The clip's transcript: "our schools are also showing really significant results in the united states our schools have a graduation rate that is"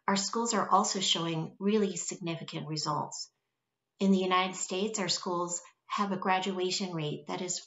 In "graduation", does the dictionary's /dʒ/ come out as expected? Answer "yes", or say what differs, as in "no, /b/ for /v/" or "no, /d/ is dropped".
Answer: yes